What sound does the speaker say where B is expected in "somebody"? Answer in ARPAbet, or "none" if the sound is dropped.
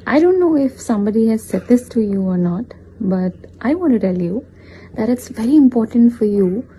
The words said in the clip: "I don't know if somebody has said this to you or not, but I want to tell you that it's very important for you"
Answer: B